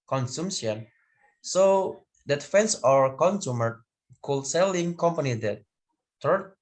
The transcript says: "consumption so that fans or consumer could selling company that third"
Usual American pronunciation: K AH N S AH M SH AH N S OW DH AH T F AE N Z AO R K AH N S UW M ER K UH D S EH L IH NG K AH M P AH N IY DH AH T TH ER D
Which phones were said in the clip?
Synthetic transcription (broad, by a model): K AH N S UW M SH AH N S OW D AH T F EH N S AO R K AH N S UW M ER K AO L S EH L IH NG K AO M P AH N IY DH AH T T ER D